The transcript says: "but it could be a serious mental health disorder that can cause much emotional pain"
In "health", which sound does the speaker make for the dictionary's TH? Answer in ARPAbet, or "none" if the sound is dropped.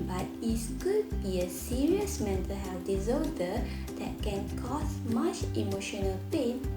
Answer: F